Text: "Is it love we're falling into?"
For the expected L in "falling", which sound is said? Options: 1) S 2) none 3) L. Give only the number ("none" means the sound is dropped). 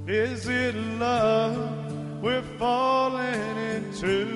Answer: 3